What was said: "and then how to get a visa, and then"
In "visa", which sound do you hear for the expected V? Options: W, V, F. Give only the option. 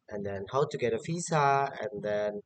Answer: F